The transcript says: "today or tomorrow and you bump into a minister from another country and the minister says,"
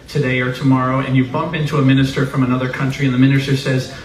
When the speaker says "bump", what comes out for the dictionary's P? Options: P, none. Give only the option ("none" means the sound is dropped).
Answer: P